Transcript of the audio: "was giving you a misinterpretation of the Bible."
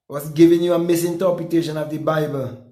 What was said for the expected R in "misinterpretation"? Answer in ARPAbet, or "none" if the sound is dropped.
none